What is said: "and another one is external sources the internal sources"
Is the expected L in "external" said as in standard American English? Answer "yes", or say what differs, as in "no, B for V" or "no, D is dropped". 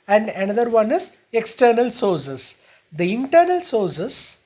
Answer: yes